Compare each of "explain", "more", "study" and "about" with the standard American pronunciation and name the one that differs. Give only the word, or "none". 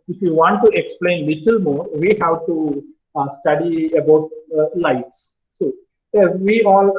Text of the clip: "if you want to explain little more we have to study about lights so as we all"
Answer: none